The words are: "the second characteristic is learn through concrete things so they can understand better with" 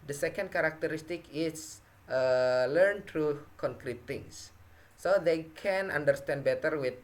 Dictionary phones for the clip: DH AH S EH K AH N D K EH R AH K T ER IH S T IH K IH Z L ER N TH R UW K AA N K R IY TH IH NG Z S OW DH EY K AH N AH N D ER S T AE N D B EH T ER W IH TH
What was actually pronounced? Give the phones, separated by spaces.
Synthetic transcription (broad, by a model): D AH S EH K AH N D K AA R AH K T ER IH S T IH K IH S L ER N T R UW K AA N K R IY T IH NG S OW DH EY K AH N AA N D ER S T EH N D B EH T ER W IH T